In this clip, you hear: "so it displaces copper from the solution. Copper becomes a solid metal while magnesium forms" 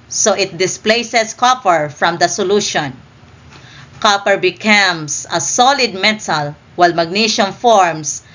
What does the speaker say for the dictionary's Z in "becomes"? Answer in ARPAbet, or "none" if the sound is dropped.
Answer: S